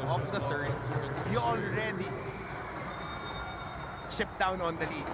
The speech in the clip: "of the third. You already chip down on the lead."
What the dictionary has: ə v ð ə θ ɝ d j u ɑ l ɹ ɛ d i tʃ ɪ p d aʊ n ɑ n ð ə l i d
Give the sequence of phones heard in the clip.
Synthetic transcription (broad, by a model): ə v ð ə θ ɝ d j u ɑ l ɹ ɛ d i ʃ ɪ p d aʊ n ɑ n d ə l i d